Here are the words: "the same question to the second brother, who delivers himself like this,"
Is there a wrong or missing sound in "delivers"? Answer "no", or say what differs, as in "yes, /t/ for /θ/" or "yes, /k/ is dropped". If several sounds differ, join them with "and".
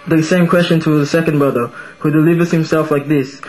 no